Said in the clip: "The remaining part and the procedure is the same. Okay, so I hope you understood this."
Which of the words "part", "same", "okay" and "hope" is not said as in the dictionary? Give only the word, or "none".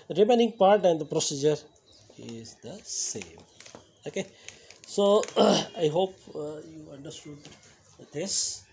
none